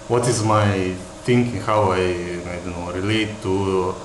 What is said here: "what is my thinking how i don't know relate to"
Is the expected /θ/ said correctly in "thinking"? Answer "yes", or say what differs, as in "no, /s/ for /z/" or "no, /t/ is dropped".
no, /t/ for /θ/